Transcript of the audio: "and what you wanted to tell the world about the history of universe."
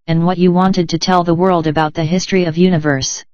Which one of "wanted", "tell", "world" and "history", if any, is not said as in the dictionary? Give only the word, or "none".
none